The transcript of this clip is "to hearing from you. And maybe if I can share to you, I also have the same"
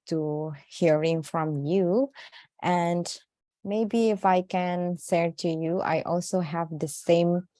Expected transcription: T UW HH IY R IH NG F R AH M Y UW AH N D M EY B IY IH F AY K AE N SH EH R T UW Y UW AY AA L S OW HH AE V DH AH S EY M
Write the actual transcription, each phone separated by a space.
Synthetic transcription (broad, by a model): T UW HH IY R IH NG F R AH M Y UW AH N D M EY B IY IH F AY K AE N S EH R T UW Y UW AY AA L S OW HH AE V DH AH S EY M